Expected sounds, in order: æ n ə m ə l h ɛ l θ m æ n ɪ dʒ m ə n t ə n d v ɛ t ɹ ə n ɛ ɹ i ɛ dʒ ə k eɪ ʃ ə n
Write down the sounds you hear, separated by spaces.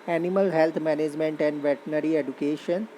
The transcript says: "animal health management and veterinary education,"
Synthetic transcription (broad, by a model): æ n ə m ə l h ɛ l t m æ n ɪ dʒ m ə n t ə n d v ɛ t ə n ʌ ɹ i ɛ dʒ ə k eɪ ʃ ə n